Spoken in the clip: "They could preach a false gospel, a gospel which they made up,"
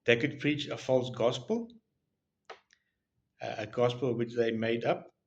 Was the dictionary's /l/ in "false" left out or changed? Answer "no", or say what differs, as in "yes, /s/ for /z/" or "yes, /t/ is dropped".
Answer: no